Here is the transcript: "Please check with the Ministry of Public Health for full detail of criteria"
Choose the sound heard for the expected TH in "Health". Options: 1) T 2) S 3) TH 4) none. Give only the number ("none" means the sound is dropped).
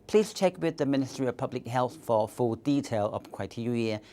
3